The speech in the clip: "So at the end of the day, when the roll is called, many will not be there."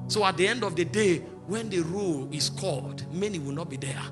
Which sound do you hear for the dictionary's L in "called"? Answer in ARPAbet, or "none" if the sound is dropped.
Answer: L